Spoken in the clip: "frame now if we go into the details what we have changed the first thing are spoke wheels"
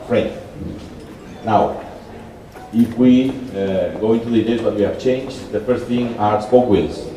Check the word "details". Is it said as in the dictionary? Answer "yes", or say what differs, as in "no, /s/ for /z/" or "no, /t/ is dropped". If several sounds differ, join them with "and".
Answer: no, /l/ is dropped